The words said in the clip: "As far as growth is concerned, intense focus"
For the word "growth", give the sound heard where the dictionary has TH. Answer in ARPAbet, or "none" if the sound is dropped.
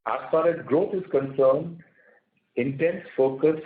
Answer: T